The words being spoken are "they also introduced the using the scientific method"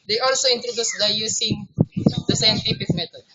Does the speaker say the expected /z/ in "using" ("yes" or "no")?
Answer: no